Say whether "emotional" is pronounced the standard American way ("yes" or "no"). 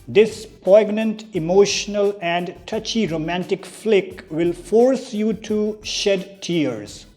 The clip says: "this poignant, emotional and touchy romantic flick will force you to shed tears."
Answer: yes